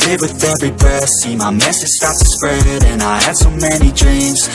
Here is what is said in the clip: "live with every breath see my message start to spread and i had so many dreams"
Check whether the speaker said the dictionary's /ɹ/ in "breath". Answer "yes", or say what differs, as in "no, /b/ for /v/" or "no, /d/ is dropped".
no, /ɹ/ is dropped